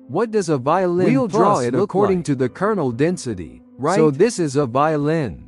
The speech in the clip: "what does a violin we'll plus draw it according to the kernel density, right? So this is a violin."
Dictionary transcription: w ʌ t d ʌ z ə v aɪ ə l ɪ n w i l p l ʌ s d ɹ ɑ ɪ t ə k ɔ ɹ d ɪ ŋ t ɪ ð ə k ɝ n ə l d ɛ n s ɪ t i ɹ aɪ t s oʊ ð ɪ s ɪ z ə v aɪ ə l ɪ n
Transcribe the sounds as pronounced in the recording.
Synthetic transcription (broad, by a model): w ʌ t d ʌ z ə v aɪ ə l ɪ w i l l d ɹ ɑ ɪ t ə k ɔ ɹ d ɪ ŋ t ɪ ð ə k ɝ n l d ɛ n s ɪ t i ɹ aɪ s oʊ ð ɪ s ɪ z ə v aɪ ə l ɪ n